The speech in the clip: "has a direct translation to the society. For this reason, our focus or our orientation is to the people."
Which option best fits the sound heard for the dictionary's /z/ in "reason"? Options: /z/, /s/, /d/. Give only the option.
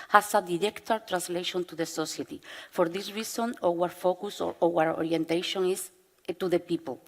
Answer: /s/